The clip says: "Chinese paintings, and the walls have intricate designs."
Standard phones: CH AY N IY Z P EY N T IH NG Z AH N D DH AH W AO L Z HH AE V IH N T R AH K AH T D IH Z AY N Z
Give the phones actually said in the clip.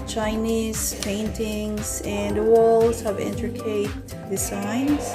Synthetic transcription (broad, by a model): CH AY N IY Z P EY N T IH NG Z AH N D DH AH W AO L Z HH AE V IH N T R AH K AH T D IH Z AY N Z